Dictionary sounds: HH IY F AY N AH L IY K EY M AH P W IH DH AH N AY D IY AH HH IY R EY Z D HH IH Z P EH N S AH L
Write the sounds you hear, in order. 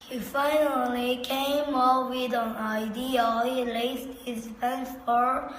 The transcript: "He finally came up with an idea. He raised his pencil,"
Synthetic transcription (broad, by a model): HH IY F AY N AH L IY K EY M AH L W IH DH AH N AY D IY AH HH IY L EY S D HH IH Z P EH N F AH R